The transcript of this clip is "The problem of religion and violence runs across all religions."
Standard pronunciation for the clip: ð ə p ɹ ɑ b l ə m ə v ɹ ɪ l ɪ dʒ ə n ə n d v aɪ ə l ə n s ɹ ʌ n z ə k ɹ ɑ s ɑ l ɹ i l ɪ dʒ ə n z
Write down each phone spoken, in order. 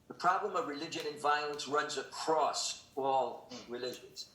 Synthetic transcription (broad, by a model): ð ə p ɹ ɑ b l ə m ə v ɹ ɪ l ɪ dʒ ə n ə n v aɪ ə l ə n s ɹ ʌ n z ə k ɹ ɑ s ɑ l ɹ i l ɪ dʒ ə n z